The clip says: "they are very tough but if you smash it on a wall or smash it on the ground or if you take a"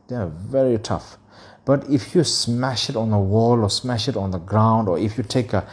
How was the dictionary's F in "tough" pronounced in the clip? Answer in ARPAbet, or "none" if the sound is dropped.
F